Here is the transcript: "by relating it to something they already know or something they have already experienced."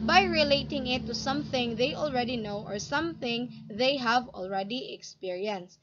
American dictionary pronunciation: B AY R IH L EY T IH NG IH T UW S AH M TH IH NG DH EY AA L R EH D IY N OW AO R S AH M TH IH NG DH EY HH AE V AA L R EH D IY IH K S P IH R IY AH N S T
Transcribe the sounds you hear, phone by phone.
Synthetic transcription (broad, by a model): B AY R IH L EY T IH NG IH T UW S AH M TH IH NG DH EY AA L R EH D IY N OW AO R S AH M TH IH NG DH EY HH AE V AA L R EH D IY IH K S P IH R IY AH N S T